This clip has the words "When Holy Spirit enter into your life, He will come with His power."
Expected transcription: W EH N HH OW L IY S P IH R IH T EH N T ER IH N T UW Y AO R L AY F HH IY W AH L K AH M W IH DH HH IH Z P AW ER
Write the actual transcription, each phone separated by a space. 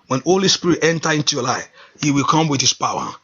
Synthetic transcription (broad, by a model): W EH N HH OW L IY S P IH R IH T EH N T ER IH N T UW Y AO L AY F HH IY W AH L K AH M W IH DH HH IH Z P AW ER